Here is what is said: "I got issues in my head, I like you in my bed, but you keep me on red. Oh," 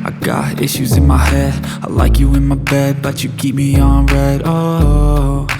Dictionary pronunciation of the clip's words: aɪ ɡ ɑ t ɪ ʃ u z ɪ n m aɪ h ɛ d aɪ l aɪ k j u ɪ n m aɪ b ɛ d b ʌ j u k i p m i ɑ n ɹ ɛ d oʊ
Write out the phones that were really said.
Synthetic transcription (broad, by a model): aɪ ɡ ɑ t ɪ ʃ u z ɪ n m aɪ h ɛ d aɪ l aɪ k j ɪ ɪ n m aɪ b ɛ d b ʌ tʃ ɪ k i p m i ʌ n ɹ ɛ d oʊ